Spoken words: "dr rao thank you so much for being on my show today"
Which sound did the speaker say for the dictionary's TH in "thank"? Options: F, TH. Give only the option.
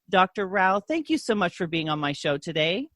TH